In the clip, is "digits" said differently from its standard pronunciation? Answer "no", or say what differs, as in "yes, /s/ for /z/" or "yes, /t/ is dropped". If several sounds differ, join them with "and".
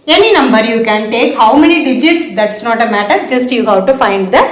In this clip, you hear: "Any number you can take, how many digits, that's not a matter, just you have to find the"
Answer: no